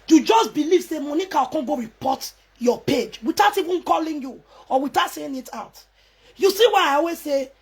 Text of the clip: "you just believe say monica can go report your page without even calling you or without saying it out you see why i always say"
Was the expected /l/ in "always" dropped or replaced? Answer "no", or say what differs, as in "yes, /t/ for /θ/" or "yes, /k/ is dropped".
yes, /l/ is dropped